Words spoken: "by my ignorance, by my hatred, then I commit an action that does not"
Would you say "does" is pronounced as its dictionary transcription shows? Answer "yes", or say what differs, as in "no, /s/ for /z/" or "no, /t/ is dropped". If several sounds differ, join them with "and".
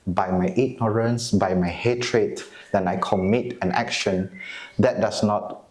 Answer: no, /s/ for /z/